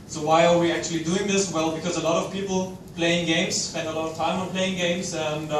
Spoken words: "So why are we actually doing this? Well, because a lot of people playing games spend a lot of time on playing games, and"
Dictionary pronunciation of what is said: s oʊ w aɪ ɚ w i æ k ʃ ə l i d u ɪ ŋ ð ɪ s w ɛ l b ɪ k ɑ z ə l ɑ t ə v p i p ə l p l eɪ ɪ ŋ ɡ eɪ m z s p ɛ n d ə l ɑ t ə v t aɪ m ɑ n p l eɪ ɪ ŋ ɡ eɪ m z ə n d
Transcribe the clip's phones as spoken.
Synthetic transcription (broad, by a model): s oʊ w aɪ ɚ w i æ k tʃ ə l i d u ɪ ŋ ð ɪ s w ɛ l b ɪ k ɑ z ə l ɑ t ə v p i p l p l eɪ ɪ ŋ ɡ eɪ m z s p ɛ n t ə l ɑ t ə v t aɪ m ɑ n p l eɪ ɪ ŋ ɡ eɪ m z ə n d